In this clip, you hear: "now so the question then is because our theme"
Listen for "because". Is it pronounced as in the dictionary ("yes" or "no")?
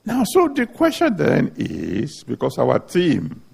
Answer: no